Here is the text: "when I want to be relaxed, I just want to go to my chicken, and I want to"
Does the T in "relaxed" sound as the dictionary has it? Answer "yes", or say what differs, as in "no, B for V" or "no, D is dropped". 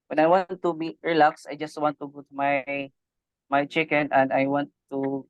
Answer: no, T is dropped